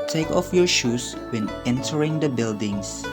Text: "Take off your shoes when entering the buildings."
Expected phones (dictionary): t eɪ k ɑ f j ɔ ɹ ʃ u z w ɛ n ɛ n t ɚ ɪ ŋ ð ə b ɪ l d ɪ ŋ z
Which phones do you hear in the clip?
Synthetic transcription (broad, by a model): t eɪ k ɑ f j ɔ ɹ ʃ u s w ɛ n ɛ n t ɚ ɪ ŋ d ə b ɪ l d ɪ ŋ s